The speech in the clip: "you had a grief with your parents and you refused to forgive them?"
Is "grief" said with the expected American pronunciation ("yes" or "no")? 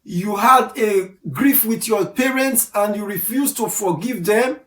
yes